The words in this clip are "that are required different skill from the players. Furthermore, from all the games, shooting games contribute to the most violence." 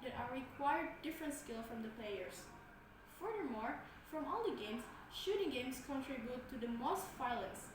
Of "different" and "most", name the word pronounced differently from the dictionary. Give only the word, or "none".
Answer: none